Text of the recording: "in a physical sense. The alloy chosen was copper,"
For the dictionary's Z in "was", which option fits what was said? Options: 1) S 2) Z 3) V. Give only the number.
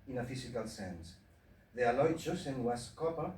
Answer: 1